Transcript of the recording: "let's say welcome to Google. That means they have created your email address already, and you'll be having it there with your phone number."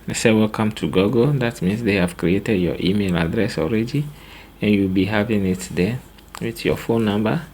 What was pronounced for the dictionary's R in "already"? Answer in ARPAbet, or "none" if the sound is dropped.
R